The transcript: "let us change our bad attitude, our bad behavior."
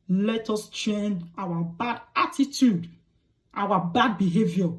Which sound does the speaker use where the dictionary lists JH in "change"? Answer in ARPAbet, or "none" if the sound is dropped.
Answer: none